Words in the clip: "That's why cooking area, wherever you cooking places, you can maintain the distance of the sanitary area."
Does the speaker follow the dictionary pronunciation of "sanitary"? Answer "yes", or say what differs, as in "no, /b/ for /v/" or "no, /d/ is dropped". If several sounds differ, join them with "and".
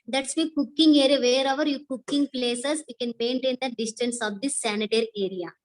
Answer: yes